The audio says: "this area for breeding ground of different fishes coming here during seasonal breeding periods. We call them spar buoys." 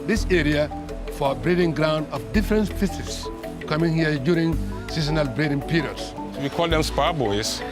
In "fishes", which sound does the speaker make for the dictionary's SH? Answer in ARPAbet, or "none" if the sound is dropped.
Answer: S